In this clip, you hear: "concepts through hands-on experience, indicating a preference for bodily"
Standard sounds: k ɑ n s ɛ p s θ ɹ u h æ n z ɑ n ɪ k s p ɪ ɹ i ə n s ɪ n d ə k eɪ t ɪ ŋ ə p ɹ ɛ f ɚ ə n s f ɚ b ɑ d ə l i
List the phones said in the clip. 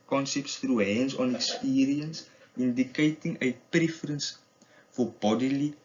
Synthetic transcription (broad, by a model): k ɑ n s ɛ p s t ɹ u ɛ n s ɑ n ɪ k s p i ɹ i ə n s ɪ n d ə k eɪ t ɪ ŋ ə p ɹ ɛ f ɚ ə n s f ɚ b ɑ d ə l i